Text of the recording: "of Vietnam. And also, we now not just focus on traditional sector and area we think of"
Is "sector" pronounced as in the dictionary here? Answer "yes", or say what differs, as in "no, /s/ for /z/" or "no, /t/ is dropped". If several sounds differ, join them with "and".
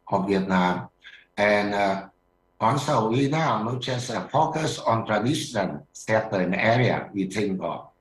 no, /k/ is dropped